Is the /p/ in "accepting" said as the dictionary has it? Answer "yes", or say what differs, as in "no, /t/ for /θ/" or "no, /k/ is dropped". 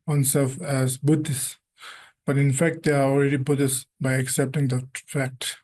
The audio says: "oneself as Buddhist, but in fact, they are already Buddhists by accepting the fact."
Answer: yes